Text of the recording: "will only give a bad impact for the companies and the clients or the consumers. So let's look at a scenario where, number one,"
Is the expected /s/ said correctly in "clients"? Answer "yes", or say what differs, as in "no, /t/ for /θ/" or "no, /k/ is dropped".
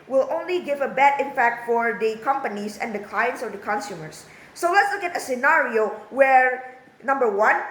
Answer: yes